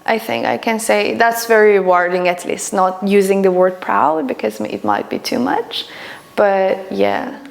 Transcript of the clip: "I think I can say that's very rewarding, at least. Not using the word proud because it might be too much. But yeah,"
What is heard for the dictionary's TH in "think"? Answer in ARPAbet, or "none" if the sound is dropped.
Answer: TH